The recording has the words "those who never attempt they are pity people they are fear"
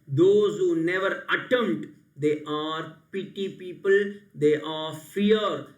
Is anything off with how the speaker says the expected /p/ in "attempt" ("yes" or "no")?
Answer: yes